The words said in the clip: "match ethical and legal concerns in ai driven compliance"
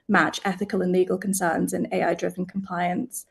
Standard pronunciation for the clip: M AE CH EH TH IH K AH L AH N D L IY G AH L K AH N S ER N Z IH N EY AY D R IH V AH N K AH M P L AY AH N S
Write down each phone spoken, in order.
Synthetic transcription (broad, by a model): M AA CH EH TH IH K AH L AH N L IY G AH L K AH N S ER N Z IH N EY AY D R IH V AH N K AH M P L AY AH N S